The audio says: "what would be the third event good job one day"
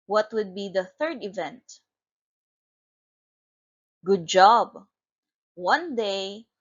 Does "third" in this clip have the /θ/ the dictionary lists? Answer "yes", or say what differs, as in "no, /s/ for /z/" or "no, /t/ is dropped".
yes